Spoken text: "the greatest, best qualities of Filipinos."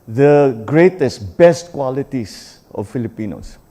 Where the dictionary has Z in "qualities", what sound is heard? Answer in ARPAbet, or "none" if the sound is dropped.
S